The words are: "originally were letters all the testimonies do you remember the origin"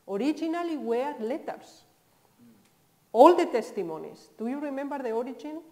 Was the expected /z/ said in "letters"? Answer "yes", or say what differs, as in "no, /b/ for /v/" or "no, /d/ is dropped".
no, /s/ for /z/